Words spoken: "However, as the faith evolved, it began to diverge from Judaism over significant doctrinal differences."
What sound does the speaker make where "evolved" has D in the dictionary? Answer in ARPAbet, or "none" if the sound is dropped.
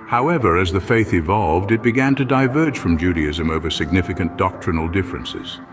D